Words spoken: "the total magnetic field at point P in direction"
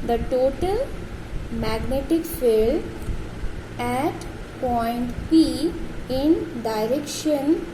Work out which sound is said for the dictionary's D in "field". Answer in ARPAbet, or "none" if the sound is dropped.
none